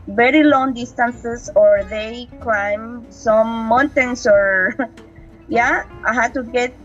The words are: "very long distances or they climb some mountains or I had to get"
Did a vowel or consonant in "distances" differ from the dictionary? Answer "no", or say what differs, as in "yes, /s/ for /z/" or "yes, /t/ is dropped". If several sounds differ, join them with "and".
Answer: yes, /s/ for /z/